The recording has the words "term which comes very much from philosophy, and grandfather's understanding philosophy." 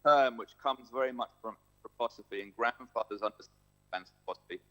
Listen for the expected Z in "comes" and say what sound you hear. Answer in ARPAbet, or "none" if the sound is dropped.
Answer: Z